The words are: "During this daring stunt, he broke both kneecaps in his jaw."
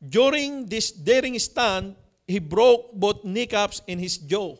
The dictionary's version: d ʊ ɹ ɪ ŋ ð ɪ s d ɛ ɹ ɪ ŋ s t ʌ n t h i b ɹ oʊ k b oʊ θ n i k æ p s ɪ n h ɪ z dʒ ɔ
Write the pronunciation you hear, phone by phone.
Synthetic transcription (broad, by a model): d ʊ ɹ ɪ ŋ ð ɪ s d ɛ ɹ ɪ ŋ s t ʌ n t h i b ɹ oʊ k b oʊ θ n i k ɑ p s ɪ n h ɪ s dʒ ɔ